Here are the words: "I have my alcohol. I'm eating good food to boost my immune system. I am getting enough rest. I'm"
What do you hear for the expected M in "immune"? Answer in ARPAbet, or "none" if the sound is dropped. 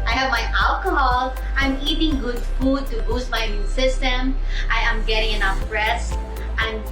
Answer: none